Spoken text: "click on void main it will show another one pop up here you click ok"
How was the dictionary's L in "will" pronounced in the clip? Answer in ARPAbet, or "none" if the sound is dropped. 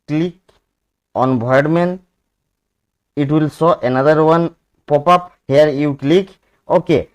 L